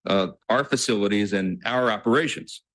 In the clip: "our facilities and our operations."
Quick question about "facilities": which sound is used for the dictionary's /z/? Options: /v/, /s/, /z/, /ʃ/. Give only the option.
/z/